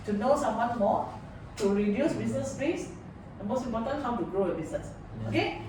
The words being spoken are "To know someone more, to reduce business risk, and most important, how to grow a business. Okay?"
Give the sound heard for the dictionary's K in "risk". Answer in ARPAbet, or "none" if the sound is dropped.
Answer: none